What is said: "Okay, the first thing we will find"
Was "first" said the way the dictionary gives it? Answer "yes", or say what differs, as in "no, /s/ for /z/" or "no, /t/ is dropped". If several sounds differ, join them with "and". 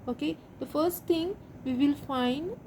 yes